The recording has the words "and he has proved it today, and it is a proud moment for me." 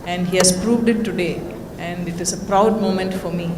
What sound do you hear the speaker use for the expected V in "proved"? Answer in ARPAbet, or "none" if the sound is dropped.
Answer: V